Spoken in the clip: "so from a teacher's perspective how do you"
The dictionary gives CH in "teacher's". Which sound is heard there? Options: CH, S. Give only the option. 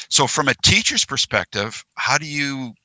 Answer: CH